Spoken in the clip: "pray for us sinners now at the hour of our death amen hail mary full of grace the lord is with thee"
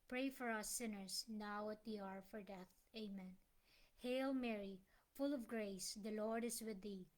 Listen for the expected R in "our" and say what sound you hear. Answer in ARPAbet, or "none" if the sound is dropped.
R